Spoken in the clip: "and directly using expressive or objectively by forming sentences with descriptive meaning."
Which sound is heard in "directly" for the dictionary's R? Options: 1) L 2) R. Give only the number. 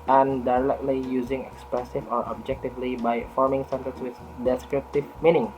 1